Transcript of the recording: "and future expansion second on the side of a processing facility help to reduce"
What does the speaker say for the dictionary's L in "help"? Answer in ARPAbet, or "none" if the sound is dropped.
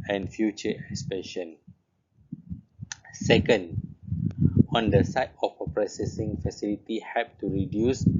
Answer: none